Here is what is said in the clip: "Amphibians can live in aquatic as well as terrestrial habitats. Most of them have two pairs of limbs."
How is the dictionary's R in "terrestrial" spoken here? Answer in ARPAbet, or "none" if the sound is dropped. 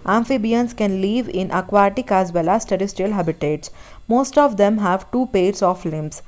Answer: none